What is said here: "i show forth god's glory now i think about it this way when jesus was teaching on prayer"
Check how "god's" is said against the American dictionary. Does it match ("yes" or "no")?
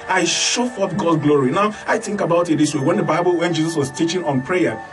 no